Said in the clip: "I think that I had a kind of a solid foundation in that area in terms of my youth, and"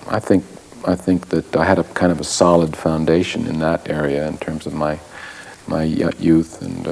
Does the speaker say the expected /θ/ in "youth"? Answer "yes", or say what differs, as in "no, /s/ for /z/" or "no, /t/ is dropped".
yes